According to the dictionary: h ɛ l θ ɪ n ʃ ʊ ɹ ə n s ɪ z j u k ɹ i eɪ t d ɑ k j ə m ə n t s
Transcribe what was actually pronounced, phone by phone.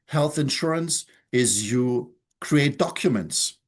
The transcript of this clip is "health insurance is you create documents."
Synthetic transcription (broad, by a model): h ɛ l θ ɪ n ʃ ʊ ɹ ə n s ɪ z j u k ɹ i eɪ t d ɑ k j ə m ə n t s